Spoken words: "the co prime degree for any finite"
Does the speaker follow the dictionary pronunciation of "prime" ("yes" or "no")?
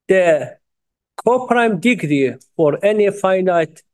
yes